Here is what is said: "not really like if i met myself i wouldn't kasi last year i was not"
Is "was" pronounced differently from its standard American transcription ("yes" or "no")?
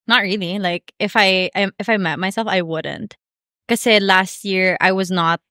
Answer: no